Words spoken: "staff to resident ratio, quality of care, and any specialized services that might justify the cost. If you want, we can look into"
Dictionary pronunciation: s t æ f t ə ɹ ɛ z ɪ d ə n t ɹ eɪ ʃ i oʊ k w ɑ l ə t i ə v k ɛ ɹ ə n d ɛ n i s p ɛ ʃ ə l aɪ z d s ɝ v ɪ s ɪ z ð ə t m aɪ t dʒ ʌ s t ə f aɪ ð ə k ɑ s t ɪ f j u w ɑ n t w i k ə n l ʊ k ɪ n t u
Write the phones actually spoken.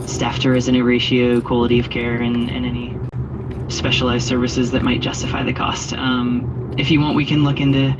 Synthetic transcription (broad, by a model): s t æ f t ə ɹ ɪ z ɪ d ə t ɹ eɪ ʃ i oʊ k w ɑ l ə t i ə v k ɛ ɹ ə n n ɛ n i s p ɛ ʃ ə l aɪ z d s ɝ v ɪ s ɪ z ð ə t m aɪ t ʒ ʌ s t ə f aɪ ð ə k ɑ s t ɪ f j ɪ w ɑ n t w i k ə n l ʊ k ɪ n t u